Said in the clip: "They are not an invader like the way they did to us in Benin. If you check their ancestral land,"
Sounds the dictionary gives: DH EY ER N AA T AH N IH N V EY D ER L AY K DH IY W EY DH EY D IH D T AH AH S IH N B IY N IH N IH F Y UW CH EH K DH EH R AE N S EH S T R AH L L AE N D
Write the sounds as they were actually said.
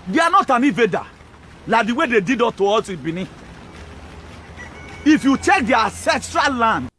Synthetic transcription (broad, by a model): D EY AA N AA T AH N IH V EY D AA L AY K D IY W EY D EY D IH D T AH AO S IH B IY N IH IH F Y UW CH EH K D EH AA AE S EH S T R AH L L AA N D